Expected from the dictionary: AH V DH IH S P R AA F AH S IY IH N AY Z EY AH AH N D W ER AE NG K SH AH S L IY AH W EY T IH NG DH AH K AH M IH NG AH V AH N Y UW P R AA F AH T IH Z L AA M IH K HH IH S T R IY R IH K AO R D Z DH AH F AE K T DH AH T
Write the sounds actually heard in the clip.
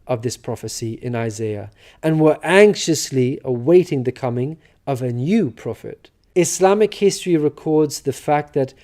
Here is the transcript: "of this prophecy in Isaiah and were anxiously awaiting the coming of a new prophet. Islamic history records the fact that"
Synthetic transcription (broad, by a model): AH V DH IH S P R AA F AH S IY IH N AY Z EY AH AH N W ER AE NG K SH AH S L IY AH W EY T IH NG DH AH K AH M IH NG AH V AH N Y UW P R AA F AH T IH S L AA M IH K HH IH S T R IY R IH K AO R D Z DH AH F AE K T DH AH T